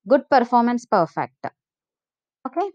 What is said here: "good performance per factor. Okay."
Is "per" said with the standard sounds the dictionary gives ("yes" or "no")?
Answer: yes